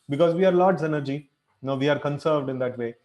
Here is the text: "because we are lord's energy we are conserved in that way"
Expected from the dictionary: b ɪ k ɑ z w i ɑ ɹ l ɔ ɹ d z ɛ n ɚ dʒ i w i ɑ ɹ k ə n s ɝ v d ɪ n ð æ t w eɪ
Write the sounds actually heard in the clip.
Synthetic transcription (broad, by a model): b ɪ k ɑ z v i ɑ ɹ l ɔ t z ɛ n ɚ dʒ i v i ɑ ɹ k ə n s ɝ v d ɪ n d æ t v eɪ